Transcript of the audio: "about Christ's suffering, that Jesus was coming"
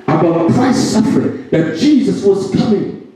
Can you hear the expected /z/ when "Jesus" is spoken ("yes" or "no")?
yes